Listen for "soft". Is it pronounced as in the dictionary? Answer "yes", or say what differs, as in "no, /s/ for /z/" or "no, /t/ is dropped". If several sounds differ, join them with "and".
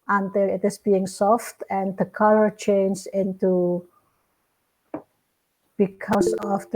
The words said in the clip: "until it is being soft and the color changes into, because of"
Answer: yes